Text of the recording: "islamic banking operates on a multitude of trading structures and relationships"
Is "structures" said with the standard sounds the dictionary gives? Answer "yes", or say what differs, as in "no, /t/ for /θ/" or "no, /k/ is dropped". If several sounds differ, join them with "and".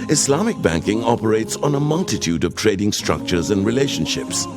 yes